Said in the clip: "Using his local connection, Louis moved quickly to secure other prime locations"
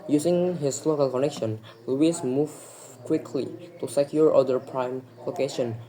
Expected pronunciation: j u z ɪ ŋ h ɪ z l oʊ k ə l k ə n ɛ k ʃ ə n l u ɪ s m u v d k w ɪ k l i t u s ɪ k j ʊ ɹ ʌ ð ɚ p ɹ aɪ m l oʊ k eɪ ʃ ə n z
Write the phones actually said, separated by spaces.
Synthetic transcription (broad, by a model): j u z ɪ ŋ h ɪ s l oʊ k ə l k ə n ɛ k ʃ ə n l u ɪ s m u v k w ɪ k l i t u s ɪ k j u ɹ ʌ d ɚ p ɹ aɪ m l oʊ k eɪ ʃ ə n